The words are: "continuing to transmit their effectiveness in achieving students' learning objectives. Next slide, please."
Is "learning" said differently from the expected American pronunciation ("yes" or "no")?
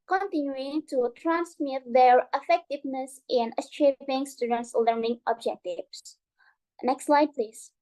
no